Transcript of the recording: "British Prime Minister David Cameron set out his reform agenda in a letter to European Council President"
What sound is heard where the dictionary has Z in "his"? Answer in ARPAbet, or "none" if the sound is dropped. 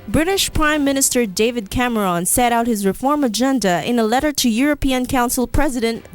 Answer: Z